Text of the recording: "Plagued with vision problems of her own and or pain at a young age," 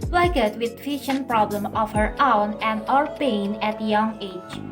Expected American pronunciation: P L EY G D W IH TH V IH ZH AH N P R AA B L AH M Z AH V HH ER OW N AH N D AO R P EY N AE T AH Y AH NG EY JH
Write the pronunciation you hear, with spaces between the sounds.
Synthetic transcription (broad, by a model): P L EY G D W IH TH F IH SH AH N P R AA B L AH M AH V HH ER OW N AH N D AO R P EY N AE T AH Y AH NG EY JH